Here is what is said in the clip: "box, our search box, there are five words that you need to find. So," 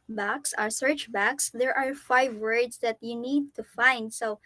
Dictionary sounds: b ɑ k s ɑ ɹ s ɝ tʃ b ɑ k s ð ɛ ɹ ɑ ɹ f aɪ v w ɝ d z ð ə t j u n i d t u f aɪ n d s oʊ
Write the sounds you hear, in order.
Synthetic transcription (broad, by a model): b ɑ k s ɑ ɹ s ɝ tʃ b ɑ k s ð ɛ ɹ ɑ ɹ f aɪ v w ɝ d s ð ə t j u n i d t u f aɪ n d s oʊ